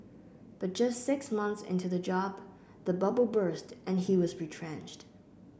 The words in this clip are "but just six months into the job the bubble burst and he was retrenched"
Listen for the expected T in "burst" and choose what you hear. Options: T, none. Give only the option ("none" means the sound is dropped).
T